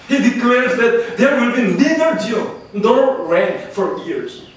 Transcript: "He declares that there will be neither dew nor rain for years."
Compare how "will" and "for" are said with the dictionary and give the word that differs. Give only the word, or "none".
none